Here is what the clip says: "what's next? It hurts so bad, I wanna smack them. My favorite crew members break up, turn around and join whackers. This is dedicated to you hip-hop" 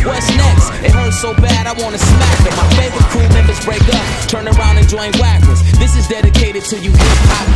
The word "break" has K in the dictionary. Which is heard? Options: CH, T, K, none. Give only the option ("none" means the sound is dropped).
K